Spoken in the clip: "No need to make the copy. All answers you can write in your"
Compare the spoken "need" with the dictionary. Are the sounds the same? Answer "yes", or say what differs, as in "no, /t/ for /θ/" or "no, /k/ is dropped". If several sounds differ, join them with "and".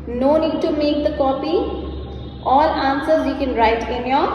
yes